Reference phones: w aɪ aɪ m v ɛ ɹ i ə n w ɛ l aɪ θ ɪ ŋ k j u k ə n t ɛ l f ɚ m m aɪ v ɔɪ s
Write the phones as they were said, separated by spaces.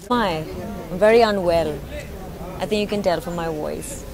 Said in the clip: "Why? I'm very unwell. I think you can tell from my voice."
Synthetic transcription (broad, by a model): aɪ aɪ m v ɛ ɹ i ə n w ɛ l aɪ θ ɪ ŋ k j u k ə n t ɛ l f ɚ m m aɪ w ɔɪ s